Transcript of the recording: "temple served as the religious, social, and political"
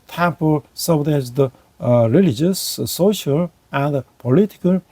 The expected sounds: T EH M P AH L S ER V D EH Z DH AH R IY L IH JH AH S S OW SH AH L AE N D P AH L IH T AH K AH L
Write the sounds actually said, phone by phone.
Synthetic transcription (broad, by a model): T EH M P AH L S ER D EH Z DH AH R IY L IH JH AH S S OW SH AH L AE N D P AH L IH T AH K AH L